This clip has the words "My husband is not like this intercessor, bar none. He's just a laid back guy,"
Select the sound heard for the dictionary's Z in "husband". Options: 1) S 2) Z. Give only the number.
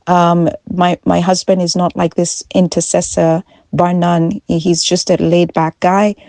2